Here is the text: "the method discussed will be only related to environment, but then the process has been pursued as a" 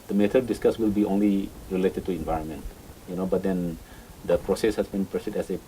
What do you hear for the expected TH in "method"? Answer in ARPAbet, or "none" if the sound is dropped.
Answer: T